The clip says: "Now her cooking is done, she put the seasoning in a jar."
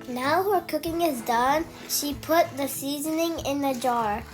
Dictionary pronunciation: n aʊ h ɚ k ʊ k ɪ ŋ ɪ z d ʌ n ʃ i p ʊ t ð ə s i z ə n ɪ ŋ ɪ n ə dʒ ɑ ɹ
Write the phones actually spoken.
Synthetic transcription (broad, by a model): n aʊ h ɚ k ʊ k ɪ ŋ ɪ z d ʌ n ʃ i p ʊ t ð ə s i z ə n ɪ ŋ ɪ n ə dʒ ɑ ɹ